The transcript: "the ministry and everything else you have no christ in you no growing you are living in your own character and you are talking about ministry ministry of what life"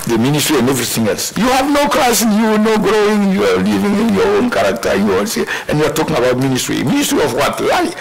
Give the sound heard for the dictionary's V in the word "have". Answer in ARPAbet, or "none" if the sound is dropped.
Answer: V